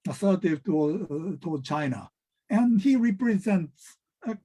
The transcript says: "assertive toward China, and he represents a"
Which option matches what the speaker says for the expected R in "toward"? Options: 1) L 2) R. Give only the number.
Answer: 1